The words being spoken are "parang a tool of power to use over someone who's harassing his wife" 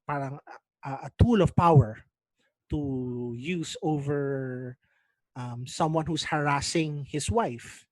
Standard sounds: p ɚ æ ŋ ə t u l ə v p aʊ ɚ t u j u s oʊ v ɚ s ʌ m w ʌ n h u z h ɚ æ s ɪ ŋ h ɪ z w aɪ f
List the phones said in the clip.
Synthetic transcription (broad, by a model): p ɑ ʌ ŋ ə t u l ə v p aʊ ɚ t u j u s oʊ v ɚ s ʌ m w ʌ n h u s h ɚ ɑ s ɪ ŋ h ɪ s w aɪ f